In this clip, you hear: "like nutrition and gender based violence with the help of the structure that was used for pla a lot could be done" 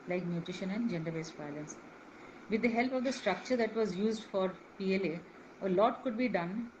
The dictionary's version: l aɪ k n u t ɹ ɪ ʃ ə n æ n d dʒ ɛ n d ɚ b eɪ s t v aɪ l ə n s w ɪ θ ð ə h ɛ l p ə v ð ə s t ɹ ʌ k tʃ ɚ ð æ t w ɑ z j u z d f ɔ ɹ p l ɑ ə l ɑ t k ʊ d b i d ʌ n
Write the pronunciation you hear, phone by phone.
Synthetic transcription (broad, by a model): l aɪ k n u t ɹ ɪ ʃ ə n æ n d dʒ ɛ n d ɚ b eɪ s t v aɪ l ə n s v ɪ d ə h ɛ l p ə v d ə s t ɹ ʌ k tʃ ɚ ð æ t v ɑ z j u z d f ɔ ɹ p l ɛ ə l ɑ t k ʊ d b i d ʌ n